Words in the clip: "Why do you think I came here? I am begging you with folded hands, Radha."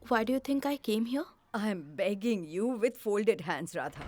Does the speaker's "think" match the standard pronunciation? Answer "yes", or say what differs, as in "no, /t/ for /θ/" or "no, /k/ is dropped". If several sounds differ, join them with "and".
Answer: no, /t/ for /θ/